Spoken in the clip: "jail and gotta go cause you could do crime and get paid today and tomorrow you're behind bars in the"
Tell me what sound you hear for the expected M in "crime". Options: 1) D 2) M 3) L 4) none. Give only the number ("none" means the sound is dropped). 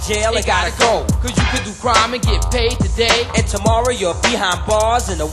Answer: 2